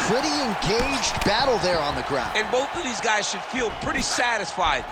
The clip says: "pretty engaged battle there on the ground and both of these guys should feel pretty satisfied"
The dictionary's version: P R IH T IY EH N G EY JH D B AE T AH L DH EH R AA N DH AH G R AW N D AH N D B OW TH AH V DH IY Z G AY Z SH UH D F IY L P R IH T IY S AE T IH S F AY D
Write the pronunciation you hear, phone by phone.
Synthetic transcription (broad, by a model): P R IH T IY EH N G EY JH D B AE T L DH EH R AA N DH AH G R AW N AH N B OW TH AH V DH IY Z G AY Z SH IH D F IY L P R IH T IY S AE T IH S F AY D